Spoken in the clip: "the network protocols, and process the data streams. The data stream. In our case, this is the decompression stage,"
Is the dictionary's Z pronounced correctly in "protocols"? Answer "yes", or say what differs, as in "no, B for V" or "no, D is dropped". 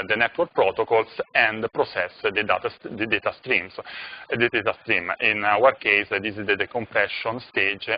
no, S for Z